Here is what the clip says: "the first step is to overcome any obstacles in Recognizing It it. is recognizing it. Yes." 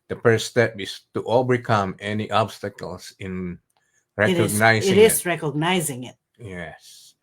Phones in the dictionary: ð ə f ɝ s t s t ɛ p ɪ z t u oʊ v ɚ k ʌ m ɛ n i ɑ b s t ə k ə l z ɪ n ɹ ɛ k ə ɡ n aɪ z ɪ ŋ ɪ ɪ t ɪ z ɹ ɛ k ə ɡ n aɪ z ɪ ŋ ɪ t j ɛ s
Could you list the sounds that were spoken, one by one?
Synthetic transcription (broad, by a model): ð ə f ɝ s s t ɛ p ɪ s t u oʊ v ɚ k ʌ m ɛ n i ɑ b s t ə k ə l s ɪ n ɹ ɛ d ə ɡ n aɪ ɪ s ɪ ɪ t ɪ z ɹ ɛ k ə ɡ n aɪ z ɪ ŋ ɪ t j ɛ s